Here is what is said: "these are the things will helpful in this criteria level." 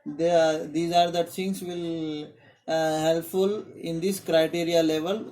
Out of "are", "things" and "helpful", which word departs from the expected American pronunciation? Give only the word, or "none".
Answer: things